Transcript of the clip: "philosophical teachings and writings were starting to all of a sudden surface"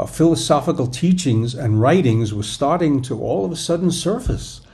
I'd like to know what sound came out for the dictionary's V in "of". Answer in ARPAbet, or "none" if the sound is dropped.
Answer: V